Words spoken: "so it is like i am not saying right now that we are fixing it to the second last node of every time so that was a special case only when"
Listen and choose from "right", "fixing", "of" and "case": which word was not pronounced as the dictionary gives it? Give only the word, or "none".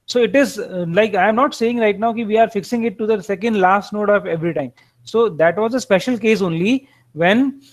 of